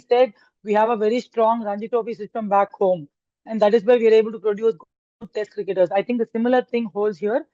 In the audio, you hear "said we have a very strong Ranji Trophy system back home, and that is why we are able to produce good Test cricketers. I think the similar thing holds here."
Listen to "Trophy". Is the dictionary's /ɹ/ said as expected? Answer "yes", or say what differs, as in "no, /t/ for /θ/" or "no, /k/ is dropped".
no, /ɹ/ is dropped